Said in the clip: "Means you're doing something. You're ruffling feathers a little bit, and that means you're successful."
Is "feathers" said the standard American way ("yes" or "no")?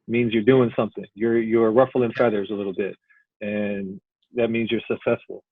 yes